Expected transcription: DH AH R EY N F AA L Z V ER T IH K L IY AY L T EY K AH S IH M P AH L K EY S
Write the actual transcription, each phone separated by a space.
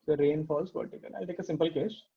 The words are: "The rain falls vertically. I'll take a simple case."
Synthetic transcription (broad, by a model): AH R EY N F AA L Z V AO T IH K IY AY L T EY K AH S IH M P AH L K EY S